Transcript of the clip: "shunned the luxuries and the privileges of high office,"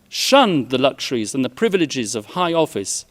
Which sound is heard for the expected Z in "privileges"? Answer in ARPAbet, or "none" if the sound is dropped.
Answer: Z